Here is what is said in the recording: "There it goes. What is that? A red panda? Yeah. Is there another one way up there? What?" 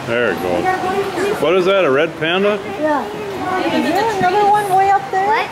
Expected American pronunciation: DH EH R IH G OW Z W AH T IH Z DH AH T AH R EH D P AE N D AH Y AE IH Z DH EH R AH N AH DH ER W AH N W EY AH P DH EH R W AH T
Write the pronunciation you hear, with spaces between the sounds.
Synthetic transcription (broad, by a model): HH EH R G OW W AH T IH Z DH AH T AH R EH D P AE N D AH Y AE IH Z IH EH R AH N AH DH ER W AH N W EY AH P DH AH R